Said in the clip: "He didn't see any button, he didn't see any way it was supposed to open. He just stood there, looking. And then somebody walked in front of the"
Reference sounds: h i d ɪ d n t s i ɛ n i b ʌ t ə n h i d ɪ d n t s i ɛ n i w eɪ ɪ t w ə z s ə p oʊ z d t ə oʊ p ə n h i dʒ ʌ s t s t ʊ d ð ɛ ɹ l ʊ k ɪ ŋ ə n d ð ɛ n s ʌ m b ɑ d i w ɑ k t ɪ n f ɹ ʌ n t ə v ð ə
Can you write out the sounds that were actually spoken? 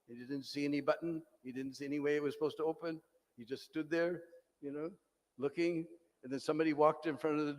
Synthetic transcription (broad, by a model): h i d ɪ d n t s i ɛ n i b ʌ t n h i d ɪ d n t s i ɛ n i w eɪ ɪ t w ə z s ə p oʊ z t ə oʊ p ə n h i dʒ ʌ s t s t ʊ d ð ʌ ɹ l ʊ k ɪ ŋ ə n ð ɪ n s ʌ m b ɑ d i w ɑ k t ɪ n f ɹ ʌ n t ə v ð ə